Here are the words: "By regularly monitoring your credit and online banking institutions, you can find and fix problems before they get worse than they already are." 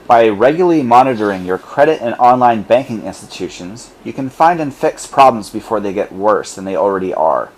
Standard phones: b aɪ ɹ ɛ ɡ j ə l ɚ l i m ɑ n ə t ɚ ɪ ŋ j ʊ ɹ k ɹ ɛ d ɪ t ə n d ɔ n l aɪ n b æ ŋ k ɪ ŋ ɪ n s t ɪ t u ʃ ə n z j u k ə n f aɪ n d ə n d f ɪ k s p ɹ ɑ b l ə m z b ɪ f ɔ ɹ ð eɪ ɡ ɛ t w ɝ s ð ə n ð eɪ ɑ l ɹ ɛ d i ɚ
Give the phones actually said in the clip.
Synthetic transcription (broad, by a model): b aɪ ɹ ɛ ɡ j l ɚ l i m ɑ n ə t ɚ ɪ ŋ j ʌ ɹ k ɹ ɛ d ɪ t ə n ɔ n l aɪ n b æ ŋ k ɪ ŋ ɪ n s t ɪ t u ʃ ə n z j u k ə n f aɪ n d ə n f ɪ k s p ɹ ɑ b l ə m z b ɪ f ɔ ɹ ð eɪ ɡ ɛ t w ɝ s ð ə n ð eɪ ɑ l ɹ ɛ d i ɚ